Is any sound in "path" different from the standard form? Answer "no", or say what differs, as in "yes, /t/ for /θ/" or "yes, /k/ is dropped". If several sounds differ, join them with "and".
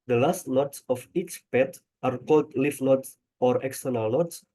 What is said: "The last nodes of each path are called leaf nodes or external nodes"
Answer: yes, /t/ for /θ/